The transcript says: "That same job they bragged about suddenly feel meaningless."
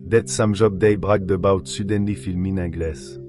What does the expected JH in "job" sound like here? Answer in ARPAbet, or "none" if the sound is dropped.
ZH